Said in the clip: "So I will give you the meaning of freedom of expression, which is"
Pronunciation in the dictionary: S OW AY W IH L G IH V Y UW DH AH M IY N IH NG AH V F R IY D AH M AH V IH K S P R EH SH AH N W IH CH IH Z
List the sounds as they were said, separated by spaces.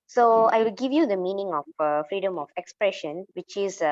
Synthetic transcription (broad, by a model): S OW AY W IH L G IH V Y UW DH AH M IY N IH NG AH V F R IY D AH M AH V IH K S P R EH SH AH N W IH CH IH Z